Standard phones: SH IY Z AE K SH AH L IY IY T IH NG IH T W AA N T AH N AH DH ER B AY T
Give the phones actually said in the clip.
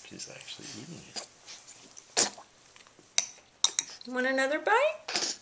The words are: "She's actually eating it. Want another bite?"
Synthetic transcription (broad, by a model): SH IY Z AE K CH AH L IY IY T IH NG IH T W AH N AH N AH DH ER B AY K